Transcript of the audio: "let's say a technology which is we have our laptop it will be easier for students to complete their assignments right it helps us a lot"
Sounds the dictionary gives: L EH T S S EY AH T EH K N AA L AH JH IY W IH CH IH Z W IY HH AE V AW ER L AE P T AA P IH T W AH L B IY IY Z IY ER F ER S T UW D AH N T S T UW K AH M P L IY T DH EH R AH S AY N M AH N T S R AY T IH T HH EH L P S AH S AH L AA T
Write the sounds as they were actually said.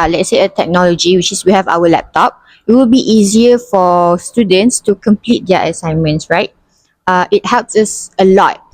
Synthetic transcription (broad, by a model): L EH T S S EY AH T EH K N AA L AH JH IY W IH CH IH S W IY HH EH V AW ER L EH P T AA P IH T W AH L B IY IY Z IY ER F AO S T UW D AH N T S T UW K AH M P L IY T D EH AH S AY N M AH N T S R AY T IH T HH EH L P S AH S AH L AA T